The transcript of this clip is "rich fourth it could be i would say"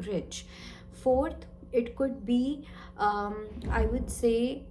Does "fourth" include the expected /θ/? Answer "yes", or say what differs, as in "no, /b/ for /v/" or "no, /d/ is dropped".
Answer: no, /t/ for /θ/